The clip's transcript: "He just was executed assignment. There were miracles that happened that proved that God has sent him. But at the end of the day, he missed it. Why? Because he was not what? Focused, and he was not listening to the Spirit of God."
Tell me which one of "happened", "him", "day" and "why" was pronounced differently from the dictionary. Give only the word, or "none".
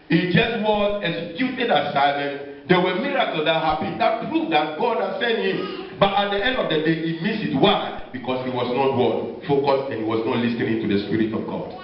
happened